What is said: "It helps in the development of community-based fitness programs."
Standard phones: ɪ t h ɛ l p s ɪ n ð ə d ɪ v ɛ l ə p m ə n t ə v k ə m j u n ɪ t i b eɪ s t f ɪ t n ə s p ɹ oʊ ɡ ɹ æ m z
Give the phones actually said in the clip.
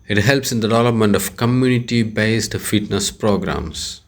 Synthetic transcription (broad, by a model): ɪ t h ɛ l p s ɪ n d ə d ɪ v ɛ l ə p m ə n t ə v k ə m j u n ɪ t i b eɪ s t f ɪ t n ə s p ɹ oʊ ɡ ɹ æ m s